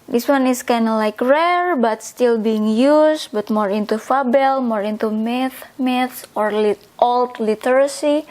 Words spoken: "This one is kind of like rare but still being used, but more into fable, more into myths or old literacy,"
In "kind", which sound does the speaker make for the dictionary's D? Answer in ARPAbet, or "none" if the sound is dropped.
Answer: none